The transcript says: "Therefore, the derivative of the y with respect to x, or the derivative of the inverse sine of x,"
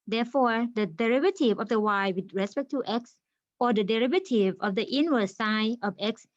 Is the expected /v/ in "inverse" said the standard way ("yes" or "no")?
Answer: no